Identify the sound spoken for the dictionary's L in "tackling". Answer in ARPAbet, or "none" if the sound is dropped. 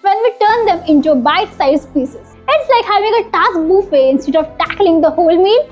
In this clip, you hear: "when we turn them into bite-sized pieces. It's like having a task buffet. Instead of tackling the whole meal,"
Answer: L